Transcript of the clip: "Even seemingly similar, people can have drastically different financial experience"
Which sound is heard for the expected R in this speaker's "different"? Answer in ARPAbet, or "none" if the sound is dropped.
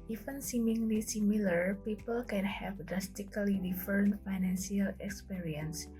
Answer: none